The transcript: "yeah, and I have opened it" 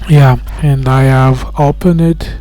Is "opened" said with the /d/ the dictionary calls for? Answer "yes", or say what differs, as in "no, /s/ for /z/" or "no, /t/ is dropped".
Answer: no, /d/ is dropped